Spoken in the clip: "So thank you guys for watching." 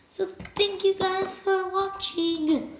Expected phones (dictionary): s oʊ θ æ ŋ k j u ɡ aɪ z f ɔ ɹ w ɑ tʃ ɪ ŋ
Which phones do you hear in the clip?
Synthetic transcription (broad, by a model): s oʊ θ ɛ ŋ k j u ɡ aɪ f ɔ ɹ w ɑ tʃ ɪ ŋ